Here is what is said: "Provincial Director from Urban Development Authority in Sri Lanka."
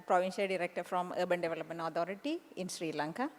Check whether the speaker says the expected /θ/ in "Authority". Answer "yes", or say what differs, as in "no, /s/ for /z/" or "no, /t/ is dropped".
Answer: no, /t/ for /θ/